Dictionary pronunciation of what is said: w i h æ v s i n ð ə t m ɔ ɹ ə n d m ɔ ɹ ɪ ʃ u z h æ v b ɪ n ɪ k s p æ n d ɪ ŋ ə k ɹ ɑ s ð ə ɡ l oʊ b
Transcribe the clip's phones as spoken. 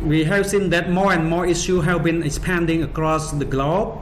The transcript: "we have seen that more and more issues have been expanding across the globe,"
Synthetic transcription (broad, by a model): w i h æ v s i n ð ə t m ɔ ɹ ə n m ɔ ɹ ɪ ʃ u h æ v b ɪ n ɪ k s p æ n d ɪ ŋ ə k ɹ ɑ s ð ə ɡ l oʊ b